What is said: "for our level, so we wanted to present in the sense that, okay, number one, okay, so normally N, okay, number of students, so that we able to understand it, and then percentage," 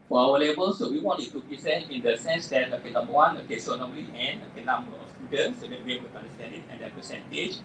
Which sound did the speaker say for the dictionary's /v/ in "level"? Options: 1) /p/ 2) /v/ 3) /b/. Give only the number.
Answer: 3